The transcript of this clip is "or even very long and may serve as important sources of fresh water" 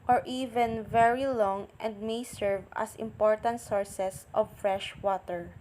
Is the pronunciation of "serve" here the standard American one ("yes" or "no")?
yes